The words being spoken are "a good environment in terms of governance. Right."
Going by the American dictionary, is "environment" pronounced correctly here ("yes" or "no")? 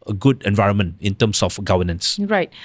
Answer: yes